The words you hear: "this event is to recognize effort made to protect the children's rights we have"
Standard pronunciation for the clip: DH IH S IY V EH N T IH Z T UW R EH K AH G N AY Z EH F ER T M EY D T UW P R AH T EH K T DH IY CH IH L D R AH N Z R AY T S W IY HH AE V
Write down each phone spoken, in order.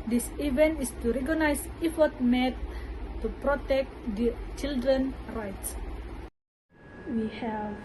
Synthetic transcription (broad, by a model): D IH S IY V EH N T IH S T UW R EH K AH N AY S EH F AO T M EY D T UW P R AH T EH K T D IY CH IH L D R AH N R AY T S W IY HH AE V